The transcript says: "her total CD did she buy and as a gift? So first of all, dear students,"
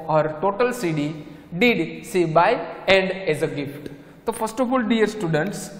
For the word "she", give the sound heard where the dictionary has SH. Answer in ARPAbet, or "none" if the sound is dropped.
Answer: S